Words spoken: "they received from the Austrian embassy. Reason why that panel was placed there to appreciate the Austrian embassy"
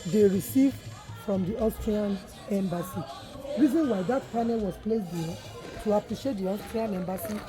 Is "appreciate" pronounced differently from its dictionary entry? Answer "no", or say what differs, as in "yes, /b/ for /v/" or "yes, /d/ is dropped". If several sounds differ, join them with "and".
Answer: no